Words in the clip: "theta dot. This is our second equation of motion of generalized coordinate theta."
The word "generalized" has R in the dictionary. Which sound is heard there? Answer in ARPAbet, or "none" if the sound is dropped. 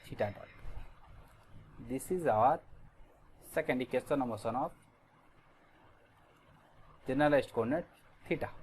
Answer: none